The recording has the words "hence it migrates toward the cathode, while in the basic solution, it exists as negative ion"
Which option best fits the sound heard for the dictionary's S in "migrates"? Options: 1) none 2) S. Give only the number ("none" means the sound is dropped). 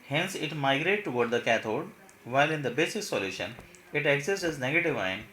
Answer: 1